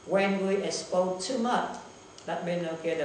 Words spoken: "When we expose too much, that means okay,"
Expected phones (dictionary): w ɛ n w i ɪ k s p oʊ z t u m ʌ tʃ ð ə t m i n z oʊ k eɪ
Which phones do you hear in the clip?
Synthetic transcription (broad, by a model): w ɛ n w i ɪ s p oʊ t u m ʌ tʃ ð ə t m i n oʊ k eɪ